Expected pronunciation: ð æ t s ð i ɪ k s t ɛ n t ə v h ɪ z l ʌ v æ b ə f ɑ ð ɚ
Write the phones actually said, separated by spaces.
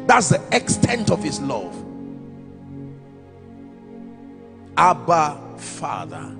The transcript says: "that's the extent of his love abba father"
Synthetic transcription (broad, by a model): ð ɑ t s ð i ɪ k s t ɛ n t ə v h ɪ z l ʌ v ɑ b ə f ɑ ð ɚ